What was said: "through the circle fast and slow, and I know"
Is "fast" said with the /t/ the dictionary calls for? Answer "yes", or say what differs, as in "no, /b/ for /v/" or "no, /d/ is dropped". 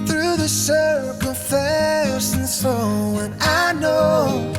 no, /t/ is dropped